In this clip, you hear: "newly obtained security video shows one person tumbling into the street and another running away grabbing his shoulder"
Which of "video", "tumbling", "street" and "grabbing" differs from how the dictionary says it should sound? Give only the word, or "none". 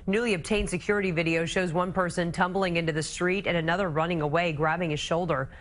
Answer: none